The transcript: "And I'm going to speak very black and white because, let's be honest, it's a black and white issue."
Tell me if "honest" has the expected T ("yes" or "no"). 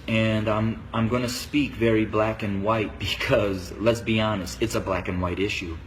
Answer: yes